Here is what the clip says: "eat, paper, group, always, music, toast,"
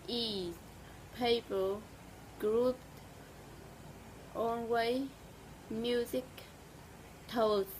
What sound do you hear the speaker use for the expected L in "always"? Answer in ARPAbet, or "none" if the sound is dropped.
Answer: N